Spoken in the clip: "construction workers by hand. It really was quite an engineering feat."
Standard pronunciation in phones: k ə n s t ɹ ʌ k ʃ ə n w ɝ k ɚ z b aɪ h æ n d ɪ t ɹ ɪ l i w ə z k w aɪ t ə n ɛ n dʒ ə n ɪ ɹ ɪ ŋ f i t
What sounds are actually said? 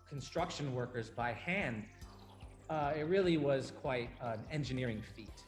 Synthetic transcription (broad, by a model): k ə n s t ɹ ʌ k ʃ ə n w ɝ k ɚ z b aɪ h æ n d ɪ t ɹ ɪ l i w ə z k w aɪ t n ɛ n dʒ ə n ɪ ɹ ɪ ŋ f i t